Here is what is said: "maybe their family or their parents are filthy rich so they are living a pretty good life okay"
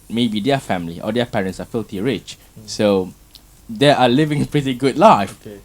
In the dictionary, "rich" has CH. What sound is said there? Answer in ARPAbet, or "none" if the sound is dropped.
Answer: CH